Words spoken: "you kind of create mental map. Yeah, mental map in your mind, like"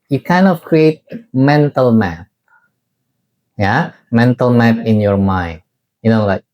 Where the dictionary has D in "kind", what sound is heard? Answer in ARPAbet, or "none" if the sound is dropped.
none